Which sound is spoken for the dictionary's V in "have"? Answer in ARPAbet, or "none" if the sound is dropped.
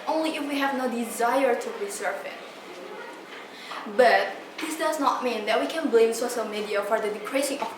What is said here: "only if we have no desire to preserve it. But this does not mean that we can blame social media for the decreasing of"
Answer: V